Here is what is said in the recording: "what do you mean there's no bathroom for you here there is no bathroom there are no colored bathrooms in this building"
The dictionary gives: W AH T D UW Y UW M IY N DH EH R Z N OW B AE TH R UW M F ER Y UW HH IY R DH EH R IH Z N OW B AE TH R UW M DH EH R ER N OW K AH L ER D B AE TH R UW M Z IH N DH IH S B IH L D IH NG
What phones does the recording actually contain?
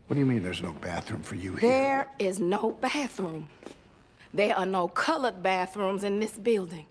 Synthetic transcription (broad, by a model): W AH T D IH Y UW M IY N DH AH R Z N OW B AE TH R UW M F ER Y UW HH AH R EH R IH Z N OW B AE TH R UW M DH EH R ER N OW K AH L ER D B AE TH R UW M Z IH N DH IH S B IH L D IH NG